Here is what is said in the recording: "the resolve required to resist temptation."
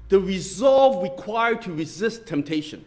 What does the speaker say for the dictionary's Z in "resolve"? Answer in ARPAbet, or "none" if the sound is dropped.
Z